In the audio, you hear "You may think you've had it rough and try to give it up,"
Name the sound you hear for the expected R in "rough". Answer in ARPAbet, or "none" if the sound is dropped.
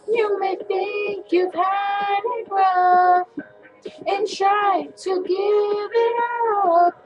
W